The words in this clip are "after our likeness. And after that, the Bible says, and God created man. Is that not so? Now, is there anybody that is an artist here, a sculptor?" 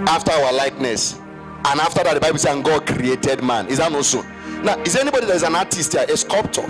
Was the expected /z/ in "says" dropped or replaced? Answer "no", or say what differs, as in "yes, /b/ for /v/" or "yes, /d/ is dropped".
yes, /z/ is dropped